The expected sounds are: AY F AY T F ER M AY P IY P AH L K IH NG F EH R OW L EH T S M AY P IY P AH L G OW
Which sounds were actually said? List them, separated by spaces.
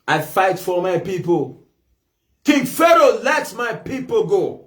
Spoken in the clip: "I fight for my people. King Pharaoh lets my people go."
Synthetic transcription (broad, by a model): AY F AY T F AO M AY P IY P AH L K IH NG F EH R OW L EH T M AY P IY P AH L G OW